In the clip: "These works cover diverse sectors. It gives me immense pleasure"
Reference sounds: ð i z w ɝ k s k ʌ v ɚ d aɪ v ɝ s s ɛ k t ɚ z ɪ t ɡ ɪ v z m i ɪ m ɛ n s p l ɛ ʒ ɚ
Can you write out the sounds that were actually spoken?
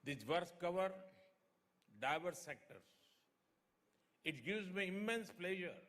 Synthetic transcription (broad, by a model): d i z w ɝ s k ʌ v ɚ d aɪ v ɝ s s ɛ k t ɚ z ɪ t ɡ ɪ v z m i ɪ m ɛ n s p l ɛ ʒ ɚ